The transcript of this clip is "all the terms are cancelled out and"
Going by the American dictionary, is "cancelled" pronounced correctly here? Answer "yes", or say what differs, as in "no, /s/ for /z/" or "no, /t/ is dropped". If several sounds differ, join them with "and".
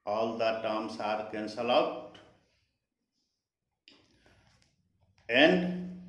no, /d/ is dropped